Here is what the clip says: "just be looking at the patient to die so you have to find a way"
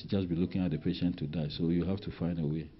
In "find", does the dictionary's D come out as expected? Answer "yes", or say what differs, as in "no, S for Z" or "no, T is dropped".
yes